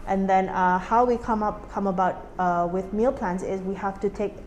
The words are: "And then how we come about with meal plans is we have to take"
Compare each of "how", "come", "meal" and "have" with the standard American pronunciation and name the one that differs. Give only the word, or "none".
have